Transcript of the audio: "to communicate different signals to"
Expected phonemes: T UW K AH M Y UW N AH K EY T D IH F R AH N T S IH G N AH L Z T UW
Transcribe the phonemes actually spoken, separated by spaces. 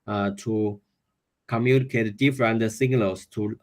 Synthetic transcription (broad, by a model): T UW K AH M Y UW N AH K EY T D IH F R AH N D S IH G L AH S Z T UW